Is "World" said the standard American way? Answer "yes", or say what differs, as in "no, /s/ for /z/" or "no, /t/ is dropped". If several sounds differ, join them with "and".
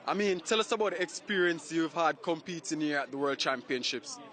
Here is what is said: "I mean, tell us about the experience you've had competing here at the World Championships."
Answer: yes